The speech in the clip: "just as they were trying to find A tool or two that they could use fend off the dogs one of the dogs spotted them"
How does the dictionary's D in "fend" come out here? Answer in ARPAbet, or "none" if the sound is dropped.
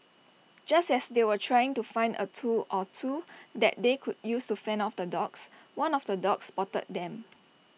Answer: none